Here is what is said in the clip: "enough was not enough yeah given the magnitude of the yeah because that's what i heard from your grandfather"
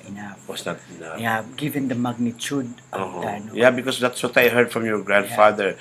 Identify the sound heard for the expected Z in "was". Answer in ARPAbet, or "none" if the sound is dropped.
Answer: S